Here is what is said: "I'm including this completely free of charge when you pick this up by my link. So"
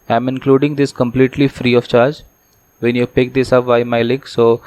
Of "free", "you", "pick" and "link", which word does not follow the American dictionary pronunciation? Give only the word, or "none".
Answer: link